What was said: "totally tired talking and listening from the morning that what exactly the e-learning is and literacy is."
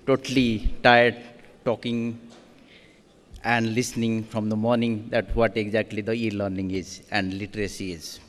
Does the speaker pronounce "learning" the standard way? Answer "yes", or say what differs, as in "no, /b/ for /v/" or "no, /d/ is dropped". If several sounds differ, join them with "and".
yes